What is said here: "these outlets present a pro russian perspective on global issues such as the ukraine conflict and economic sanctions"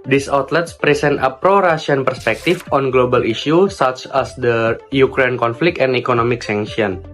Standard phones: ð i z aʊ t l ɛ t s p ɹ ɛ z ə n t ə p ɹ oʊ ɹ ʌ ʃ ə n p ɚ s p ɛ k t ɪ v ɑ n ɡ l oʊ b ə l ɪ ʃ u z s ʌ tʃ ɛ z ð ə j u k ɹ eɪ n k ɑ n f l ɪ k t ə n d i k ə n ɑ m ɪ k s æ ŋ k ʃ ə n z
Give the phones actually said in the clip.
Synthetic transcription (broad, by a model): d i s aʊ t l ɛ t s p ɹ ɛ s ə n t ə p ɹ oʊ ɹ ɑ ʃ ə n p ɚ s p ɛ k t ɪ f ɑ n ɡ l oʊ b ə l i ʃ u s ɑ tʃ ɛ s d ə j u k ɹ eɪ n k ɑ n f l ɪ k t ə n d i k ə n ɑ m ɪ k s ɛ ŋ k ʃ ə n